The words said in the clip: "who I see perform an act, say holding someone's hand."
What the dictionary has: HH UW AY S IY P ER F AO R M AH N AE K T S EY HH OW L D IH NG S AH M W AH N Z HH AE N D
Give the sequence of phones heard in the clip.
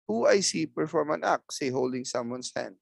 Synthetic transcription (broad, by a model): HH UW AY S IY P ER F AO M AH N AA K S EY HH OW L D IH NG S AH M W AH N S HH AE N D